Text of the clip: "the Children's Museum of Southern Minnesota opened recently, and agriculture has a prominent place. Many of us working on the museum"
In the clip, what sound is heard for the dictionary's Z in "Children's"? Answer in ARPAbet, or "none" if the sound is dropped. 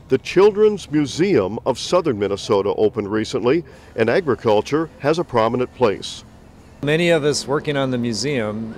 Z